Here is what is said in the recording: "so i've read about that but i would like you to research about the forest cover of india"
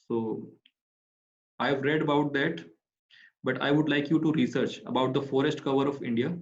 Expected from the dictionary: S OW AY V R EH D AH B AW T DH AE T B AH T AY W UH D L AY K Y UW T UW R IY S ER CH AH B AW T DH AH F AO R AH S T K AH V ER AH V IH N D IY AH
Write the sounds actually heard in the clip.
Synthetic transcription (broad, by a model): S OW AY V R EH D AH B AW T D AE T B AH T AY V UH D L AY K Y UW T UW R IY S ER CH AH B AW T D AH F AO R AH S T K AH V ER AH V IH N D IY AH